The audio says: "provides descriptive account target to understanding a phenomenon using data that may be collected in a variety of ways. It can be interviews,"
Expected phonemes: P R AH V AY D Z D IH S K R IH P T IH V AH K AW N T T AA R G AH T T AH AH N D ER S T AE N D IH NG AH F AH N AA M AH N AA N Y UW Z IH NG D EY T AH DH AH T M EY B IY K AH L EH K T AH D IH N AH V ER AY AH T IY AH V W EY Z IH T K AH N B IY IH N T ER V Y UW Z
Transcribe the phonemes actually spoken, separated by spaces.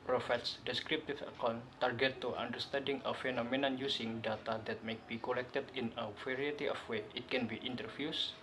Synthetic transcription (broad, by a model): P R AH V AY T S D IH S K R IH P T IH F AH K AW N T T AA R G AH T T AH N D ER S T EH N D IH NG AH F AH N AA M AH N AA N Y UW S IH NG D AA T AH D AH T M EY B IY K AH L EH K T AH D IH N AH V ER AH T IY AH F W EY IH T K AH N B IY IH N T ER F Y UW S